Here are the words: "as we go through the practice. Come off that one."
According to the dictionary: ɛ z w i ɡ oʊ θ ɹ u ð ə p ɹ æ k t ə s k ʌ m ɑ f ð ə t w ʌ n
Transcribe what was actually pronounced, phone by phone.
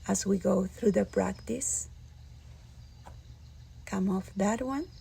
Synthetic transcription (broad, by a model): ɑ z w i ɡ oʊ θ ɹ u ð ə p ɹ æ k t ə s k ʌ m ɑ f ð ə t w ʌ n